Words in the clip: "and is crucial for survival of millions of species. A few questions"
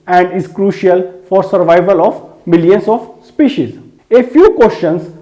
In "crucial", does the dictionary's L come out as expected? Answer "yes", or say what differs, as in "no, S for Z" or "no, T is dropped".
yes